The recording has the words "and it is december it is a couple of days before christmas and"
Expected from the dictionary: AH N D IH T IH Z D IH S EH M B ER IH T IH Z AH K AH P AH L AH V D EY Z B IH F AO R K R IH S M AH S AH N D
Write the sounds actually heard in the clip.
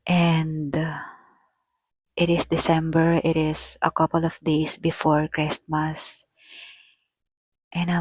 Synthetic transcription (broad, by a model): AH N D IH T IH S D IH S EH M B ER IH T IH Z AH K AH P AH L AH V D EY S B IH F AO R K R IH S M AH S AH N